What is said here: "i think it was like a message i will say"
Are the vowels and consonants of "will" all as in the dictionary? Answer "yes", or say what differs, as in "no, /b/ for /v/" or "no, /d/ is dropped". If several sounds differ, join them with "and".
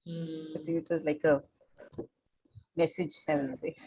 no, /n/ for /l/